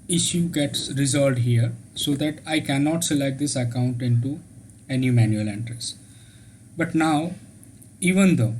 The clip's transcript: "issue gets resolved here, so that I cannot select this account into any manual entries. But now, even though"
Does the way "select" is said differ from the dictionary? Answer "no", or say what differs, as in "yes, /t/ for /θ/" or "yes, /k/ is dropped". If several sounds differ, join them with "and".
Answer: yes, /k/ is dropped